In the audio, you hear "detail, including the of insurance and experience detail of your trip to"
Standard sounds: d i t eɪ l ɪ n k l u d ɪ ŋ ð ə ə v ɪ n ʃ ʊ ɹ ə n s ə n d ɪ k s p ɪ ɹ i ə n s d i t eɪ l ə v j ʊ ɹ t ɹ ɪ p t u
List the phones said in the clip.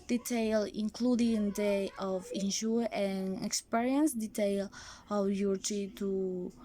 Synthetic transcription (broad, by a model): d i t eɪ l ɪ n k l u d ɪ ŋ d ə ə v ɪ n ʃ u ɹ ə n ə k s p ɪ ɹ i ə n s d i t eɪ l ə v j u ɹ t i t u